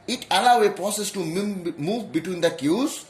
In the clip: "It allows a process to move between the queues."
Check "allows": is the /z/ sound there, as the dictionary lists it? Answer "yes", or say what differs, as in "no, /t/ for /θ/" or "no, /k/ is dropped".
no, /z/ is dropped